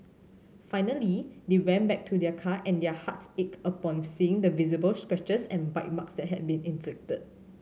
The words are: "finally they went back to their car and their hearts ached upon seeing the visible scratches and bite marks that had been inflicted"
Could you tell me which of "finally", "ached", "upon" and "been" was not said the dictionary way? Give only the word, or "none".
ached